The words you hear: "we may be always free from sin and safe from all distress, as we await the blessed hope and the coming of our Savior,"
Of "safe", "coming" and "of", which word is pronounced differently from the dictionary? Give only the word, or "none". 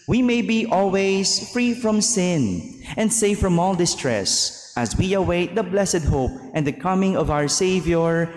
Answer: none